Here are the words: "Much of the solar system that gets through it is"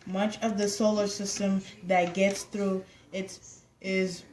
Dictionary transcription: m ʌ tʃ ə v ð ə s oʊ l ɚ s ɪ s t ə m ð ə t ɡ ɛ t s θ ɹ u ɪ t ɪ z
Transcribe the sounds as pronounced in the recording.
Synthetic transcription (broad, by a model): m ʌ tʃ ə v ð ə s oʊ l ɚ s ɪ s t ə m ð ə t ɡ ɛ t s θ ɹ u ɪ t ɪ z